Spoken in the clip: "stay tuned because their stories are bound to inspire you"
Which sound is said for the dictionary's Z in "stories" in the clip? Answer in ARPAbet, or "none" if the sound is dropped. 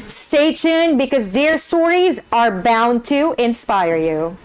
Z